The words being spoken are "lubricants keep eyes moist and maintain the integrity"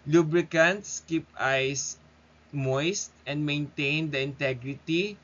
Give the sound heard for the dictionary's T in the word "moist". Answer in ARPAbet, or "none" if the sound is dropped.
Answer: T